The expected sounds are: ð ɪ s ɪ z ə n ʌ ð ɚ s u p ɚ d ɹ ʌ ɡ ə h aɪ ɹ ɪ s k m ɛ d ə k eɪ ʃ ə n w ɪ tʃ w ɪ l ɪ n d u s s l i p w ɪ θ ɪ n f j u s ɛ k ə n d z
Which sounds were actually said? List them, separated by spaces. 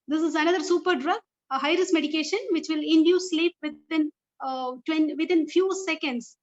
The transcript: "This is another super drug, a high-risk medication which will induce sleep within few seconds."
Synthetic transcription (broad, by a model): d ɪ s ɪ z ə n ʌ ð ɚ s u p ɚ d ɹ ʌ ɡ ə h aɪ ɹ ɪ s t m ɛ d ə k eɪ ʃ ə n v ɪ tʃ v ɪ l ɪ n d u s s l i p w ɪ t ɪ n f j u s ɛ k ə n d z